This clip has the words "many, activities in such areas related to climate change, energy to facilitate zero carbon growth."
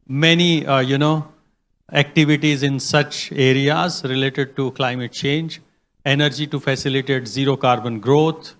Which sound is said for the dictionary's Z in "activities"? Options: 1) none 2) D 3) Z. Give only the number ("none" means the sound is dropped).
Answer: 3